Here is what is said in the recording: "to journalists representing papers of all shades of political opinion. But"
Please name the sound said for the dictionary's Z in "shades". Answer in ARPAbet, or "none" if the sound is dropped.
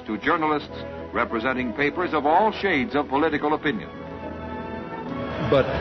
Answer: Z